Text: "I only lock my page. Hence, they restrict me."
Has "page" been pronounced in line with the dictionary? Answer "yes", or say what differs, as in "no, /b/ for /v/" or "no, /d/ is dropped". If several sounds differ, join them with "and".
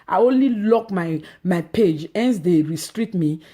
yes